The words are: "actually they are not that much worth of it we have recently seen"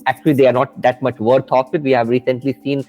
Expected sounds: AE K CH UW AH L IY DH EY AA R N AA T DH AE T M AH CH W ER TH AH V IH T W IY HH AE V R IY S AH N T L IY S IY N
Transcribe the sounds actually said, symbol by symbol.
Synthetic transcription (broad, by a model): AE K CH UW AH L IY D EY AA R N AA T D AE T M AH CH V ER T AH F IH T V IY HH AE V R IY S AH N T L IY S IY N